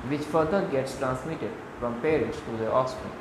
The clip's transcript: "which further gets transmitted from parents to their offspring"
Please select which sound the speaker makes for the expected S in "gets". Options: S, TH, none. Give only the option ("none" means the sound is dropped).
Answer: S